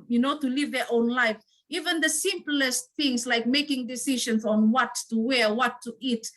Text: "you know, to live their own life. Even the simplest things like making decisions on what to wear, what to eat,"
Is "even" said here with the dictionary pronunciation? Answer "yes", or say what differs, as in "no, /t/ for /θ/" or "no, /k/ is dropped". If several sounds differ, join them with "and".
yes